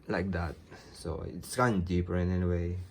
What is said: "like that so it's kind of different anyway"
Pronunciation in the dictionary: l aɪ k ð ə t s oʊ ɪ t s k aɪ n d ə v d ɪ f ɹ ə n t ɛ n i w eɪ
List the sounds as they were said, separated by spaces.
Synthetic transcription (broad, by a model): l aɪ k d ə t s oʊ ɪ t s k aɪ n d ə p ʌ ɹ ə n ɛ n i w eɪ